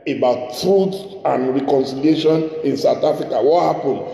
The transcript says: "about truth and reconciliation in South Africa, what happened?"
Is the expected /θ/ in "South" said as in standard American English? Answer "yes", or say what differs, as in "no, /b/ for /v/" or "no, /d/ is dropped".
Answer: no, /t/ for /θ/